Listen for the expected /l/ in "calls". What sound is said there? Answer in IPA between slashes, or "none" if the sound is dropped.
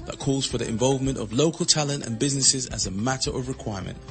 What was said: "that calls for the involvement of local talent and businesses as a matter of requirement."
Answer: /l/